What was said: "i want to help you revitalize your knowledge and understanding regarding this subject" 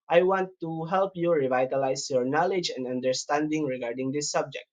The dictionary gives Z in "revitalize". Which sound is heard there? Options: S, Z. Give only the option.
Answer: S